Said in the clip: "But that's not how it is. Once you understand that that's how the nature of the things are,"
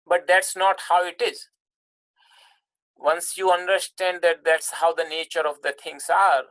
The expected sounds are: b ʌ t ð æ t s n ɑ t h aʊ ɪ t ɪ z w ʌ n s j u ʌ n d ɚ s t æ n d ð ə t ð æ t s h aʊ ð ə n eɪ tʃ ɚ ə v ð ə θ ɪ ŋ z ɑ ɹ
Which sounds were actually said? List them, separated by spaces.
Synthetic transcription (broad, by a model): b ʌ t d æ t s n ɑ t h aʊ ɪ t ɪ z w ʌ n s j u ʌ n d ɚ s t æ n d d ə t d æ t s h aʊ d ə n eɪ tʃ ɚ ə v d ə t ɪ ŋ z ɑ ɹ